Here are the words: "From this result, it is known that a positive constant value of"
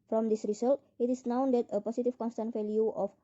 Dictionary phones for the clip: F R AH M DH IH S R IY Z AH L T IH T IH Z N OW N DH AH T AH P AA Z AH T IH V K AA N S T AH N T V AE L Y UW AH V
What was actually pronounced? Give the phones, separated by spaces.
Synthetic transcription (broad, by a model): F R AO M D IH S R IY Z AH L T IH T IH S N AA N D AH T AH P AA S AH T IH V K AA N S T AH N T F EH L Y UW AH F